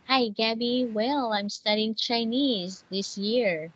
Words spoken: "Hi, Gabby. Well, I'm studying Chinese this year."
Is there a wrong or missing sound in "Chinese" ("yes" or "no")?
no